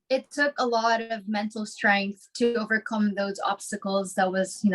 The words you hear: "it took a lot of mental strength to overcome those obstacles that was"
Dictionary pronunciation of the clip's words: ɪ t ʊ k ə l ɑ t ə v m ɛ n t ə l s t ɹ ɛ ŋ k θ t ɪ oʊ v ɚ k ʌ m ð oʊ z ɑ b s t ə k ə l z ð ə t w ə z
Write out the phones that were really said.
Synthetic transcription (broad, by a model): ɪ t ʊ k ə l ɑ t ə v m ɛ n t l s t ɹ ɛ ŋ k θ t ɪ oʊ v ɚ k ʌ m ð oʊ z ɑ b s t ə k l z ð ə t w ə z